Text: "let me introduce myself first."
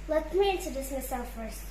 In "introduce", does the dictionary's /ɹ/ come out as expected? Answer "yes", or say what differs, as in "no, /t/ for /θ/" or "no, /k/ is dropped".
no, /ɹ/ is dropped